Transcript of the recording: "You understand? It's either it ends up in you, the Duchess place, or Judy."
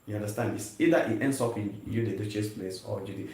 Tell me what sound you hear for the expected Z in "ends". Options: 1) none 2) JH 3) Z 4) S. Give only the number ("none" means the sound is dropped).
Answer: 4